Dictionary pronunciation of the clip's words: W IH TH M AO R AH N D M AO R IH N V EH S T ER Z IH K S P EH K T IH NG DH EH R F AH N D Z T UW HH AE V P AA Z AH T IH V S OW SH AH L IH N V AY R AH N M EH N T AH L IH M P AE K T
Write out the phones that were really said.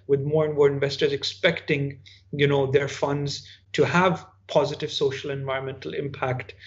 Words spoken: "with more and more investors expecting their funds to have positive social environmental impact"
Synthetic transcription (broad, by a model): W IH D M AO R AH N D M AO R IH N V EH S T ER Z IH K S P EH K T IH NG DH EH R F AH N D Z T UW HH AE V P AA Z AH T IH V S OW SH AH L IH N V AY R AH N M EH N T AH L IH M P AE K T